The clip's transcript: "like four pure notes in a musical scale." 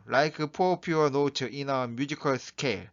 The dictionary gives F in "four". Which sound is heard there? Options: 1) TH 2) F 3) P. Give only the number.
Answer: 3